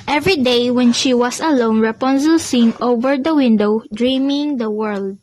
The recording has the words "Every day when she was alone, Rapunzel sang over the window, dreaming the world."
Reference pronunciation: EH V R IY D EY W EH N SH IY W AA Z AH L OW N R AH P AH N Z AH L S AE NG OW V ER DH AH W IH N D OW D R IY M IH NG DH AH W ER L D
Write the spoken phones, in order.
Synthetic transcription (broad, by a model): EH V R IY D EY W EH N SH IY W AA S AH L OW N R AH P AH N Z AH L S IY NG OW V ER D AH W IH N D OW D R IY M IH NG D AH W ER L D